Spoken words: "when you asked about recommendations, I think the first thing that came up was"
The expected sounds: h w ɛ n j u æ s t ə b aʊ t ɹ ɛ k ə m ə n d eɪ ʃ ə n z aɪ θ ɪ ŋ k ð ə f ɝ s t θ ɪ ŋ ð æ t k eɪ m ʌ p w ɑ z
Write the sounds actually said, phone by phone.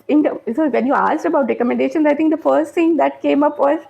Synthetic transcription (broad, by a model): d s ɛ n j u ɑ s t ə b aʊ t ɹ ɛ k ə m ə n d eɪ ʃ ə n aɪ t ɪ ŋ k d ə f ɝ s t t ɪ ŋ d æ t k eɪ m ʌ p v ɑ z